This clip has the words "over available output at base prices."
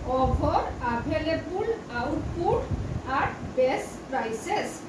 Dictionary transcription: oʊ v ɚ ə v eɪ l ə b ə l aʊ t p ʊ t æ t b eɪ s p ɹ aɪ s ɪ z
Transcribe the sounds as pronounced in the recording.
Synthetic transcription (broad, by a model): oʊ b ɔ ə b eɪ l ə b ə l aʊ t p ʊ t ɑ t b eɪ s p ɹ aɪ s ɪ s